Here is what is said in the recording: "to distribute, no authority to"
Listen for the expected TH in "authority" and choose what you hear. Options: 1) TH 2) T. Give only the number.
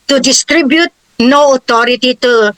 2